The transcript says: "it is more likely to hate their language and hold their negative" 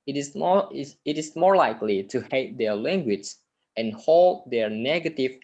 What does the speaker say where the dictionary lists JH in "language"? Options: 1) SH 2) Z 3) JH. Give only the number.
2